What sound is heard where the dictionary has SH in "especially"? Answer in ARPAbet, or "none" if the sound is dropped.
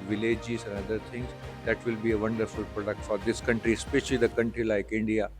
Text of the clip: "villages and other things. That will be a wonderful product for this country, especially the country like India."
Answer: SH